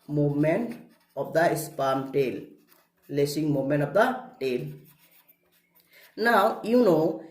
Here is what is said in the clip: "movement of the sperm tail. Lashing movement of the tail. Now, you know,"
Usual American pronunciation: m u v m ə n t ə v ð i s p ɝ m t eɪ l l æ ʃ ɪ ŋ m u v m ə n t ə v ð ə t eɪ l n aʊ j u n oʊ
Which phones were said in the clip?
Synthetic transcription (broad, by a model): m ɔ m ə n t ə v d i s p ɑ m t eɪ l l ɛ s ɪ ŋ m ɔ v m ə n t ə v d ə t eɪ l n aʊ j u n oʊ